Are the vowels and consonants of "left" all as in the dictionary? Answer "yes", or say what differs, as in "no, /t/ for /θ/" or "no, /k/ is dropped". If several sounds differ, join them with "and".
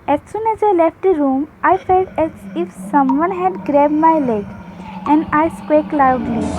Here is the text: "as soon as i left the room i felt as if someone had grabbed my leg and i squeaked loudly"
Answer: yes